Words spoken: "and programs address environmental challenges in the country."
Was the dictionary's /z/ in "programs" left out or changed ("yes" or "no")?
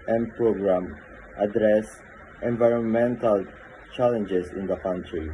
yes